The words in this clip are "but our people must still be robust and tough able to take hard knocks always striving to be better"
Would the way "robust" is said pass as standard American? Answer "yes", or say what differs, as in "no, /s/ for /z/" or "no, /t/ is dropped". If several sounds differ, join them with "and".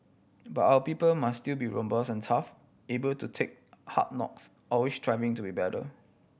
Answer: no, /t/ is dropped